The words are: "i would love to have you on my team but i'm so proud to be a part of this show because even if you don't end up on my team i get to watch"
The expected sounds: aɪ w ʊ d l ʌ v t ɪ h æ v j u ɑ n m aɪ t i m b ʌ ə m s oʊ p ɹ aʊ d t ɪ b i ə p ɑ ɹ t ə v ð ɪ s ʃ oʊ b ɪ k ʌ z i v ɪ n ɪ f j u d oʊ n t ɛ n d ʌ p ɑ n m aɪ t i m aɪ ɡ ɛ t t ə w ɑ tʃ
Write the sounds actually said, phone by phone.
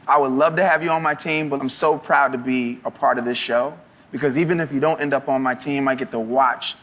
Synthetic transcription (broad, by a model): aɪ w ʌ d l ʌ v t ɪ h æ v j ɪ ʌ n m aɪ t i m b ʌ ə m s oʊ p ɹ aʊ d t ɪ b i ə p ɑ ɹ t ə v ð ɪ s ʃ oʊ b ɪ k ʌ z i v ɪ n ɪ f j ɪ d oʊ n t ɛ n d ʌ p n m aɪ t i m aɪ ɡ ɛ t t ə w ɑ tʃ